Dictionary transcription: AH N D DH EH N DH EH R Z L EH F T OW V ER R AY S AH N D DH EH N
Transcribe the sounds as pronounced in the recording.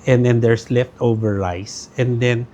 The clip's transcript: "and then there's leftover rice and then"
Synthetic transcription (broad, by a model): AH N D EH N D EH R S L EH F T OW V ER L AY S AH N D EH N